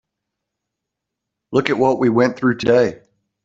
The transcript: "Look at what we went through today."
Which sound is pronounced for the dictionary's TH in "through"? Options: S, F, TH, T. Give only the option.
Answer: TH